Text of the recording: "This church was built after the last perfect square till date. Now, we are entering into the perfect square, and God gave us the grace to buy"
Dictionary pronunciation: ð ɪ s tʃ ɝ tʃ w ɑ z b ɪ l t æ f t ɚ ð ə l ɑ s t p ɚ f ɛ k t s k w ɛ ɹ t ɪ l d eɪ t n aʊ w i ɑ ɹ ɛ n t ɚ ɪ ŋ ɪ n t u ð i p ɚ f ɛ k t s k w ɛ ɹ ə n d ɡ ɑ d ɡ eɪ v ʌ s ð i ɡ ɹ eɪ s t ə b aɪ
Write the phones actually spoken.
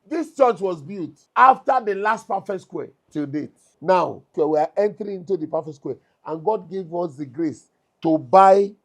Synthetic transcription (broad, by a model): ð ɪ s tʃ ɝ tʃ w ɑ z b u t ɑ f t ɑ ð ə l ɑ s t p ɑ f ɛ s k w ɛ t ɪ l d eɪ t n aʊ w i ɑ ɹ ɛ n t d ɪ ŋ ɪ n t u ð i p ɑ f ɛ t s k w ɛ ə n ɡ ɑ d ɡ eɪ v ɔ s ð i ɡ ɹ eɪ s t ə b aɪ